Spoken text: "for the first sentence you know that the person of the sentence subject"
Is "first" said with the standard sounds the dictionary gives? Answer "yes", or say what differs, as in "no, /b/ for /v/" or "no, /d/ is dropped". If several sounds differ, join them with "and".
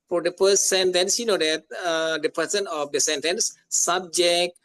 no, /p/ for /f/